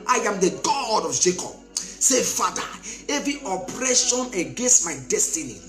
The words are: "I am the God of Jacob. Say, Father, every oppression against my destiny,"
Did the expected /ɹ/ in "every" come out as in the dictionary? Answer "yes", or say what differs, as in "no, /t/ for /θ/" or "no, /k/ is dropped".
no, /ɹ/ is dropped